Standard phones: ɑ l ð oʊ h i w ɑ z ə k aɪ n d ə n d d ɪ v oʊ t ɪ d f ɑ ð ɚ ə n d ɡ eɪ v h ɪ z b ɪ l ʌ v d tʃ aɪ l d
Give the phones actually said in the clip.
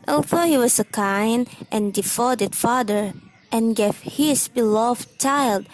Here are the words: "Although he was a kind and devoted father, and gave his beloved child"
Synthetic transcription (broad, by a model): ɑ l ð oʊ h i w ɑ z ə k aɪ n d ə n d d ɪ f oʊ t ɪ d f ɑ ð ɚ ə n ɡ eɪ v h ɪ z b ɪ l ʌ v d tʃ aɪ l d